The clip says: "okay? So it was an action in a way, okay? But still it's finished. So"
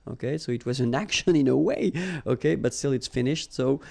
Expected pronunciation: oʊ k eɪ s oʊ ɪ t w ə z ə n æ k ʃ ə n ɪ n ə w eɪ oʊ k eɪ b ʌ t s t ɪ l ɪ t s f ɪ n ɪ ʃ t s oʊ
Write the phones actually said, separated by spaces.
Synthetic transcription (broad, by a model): oʊ k eɪ s oʊ ɪ t w ə z ə n æ k ʃ ə n ɪ n ə w eɪ oʊ k eɪ b ʌ t s t ɪ l ɪ t s f ɪ n ɪ ʃ t s oʊ